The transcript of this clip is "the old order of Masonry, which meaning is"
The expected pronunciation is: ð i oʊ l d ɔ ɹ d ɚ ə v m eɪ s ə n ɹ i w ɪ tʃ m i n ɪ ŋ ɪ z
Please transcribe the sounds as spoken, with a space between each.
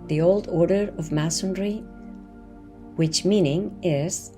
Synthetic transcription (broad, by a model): ð i oʊ l d ɔ ɹ d ɚ ə v m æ s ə n ɹ i w ɪ tʃ m i n ɪ ŋ ɪ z